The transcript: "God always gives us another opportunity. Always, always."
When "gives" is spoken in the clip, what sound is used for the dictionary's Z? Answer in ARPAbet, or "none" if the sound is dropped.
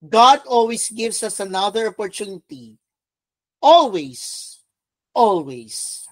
S